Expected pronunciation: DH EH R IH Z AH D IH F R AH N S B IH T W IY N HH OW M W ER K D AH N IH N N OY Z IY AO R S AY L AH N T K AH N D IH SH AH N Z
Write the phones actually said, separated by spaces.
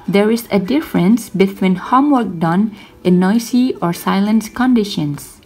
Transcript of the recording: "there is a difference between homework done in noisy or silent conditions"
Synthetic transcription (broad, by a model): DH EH R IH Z AH D IH F R AH N S B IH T W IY N HH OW M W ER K D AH N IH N N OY S IY AO R S AY L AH N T K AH N D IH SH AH N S